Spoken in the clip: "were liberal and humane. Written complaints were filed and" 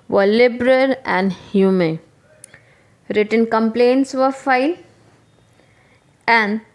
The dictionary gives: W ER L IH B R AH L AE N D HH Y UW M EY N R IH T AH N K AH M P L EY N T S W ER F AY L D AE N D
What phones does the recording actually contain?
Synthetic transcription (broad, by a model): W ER L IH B R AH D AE N D HH Y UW M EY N R IH T AH N K AH M P L EY N T S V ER F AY L AE N D